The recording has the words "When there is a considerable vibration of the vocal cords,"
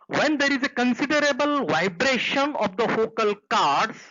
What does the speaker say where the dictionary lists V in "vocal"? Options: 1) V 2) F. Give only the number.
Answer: 2